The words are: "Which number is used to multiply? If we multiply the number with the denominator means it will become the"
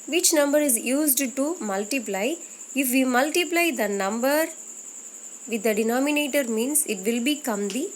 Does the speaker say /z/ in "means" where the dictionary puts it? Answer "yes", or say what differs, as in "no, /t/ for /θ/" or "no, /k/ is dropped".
no, /s/ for /z/